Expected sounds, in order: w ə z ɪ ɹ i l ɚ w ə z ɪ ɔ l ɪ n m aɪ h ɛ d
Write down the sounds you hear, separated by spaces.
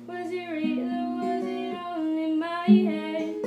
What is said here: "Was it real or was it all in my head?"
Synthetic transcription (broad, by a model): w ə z ɪ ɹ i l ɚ w ə z ɪ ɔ n ɪ n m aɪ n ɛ